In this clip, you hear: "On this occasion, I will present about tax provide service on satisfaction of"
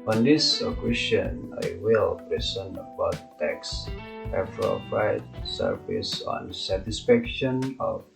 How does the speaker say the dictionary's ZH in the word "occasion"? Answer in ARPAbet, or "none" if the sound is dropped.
S